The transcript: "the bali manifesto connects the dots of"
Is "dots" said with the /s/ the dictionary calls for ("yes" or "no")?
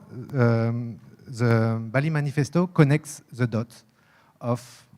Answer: no